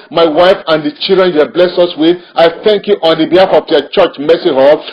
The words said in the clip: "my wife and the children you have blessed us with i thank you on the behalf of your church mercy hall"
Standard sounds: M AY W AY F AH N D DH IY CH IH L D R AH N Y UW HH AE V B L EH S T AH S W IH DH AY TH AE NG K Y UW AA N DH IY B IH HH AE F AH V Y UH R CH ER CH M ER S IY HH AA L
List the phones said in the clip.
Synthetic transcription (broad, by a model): M AY W AY F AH N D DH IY CH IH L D R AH N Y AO B L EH S AH S W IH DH AY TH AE NG K Y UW AA N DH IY B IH HH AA F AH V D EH CH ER CH M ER S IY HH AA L